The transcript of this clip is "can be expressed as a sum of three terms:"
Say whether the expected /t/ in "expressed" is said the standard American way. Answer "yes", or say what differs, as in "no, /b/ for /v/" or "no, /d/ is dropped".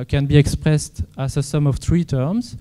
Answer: yes